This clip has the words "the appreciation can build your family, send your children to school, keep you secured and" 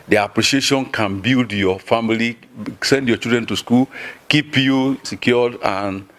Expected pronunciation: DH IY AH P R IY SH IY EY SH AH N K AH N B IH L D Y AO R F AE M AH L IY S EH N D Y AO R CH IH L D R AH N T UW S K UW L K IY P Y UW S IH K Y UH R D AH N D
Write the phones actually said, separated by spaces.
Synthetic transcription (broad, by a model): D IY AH P R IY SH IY EY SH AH N K AH N B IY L D Y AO F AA M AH L IY S EH N D Y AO CH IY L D R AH N T UW S K UW L K IY P Y UW S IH K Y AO D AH N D